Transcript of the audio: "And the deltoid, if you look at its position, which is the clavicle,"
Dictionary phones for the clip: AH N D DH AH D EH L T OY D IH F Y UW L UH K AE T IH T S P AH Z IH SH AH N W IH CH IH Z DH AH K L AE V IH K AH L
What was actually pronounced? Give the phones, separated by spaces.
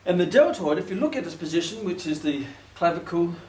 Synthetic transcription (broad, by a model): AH N DH AH D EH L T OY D IH F Y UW L UH K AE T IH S P AH Z IH SH AH N W IH CH IH Z DH AH K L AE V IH K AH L